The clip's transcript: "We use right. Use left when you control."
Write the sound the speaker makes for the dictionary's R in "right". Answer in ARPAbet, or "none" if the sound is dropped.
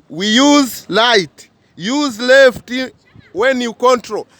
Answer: L